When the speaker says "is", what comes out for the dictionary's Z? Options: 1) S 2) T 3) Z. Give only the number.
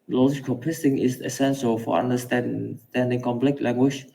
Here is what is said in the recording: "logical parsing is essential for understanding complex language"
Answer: 1